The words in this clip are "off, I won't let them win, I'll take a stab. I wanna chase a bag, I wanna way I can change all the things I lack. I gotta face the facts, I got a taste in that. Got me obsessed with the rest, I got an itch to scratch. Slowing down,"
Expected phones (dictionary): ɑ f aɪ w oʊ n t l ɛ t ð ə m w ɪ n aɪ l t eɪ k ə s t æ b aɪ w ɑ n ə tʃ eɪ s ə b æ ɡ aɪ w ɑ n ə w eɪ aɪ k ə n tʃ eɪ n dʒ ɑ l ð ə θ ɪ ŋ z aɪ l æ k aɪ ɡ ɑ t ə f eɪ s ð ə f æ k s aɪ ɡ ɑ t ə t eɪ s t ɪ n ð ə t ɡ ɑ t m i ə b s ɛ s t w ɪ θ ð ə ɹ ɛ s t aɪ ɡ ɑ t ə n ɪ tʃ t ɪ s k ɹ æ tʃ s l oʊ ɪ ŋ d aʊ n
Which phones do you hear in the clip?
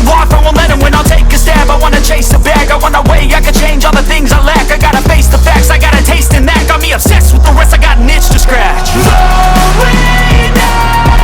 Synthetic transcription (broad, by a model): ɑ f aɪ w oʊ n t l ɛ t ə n w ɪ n aɪ l t eɪ k ə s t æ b aɪ w ɑ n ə tʃ eɪ s ə b æ ɡ aɪ w ɑ n ə w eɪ aɪ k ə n tʃ eɪ n dʒ ɑ l ð ə θ ɪ ŋ z aɪ l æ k aɪ ɡ ɑ t ə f eɪ s ð ə f æ k s aɪ ɡ ɑ t ə t eɪ s t ɪ n ð ə t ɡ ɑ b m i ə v s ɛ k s w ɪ ð ə ɹ ɛ s t aɪ ɡ ɑ t n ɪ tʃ t ɪ s k ɹ æ tʃ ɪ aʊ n